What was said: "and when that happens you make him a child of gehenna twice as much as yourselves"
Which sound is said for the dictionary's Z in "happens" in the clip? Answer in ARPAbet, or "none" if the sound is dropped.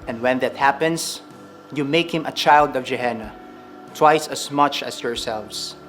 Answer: S